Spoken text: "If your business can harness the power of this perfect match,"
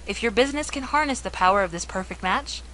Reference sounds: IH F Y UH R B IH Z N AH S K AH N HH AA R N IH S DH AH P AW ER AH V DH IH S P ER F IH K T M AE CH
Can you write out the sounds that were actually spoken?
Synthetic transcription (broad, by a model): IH F Y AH R B IH Z N AH S K AH N HH AA R N IH S DH AH P AW ER AH V DH IH S P ER F IH K T M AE CH